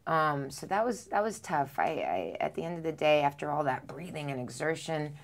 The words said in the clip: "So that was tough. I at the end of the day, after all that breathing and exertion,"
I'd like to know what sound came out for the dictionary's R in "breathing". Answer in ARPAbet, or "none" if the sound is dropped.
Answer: R